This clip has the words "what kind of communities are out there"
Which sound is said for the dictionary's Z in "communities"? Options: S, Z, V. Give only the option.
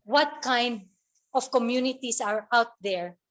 S